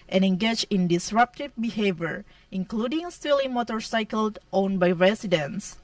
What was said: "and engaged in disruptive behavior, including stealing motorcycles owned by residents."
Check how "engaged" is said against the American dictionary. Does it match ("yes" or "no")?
no